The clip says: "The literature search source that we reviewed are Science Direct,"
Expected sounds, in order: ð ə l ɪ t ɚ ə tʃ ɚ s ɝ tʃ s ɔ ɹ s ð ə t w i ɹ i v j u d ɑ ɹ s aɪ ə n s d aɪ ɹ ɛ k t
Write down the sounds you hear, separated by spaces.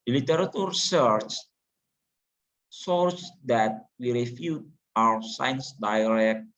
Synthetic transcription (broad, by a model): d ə l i t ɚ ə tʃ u s ɝ tʃ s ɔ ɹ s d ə t w i ɹ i f j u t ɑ w s aɪ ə n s d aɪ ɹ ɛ k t